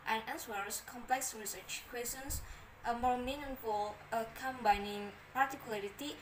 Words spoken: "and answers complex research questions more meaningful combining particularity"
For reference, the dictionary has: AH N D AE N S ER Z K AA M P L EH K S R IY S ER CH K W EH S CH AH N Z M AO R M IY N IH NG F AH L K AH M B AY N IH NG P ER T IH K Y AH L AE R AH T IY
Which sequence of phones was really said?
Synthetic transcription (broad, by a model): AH N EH L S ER S K AA M P L EH K S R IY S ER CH K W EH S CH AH N S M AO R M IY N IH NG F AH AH K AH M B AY N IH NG P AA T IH K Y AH L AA R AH T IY